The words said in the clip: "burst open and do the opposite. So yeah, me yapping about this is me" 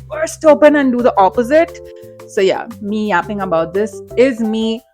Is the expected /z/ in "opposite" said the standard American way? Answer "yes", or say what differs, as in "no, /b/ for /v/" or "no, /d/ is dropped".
yes